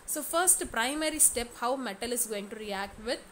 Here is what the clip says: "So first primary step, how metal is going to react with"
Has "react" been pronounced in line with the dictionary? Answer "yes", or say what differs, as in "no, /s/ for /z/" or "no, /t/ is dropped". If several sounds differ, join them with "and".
yes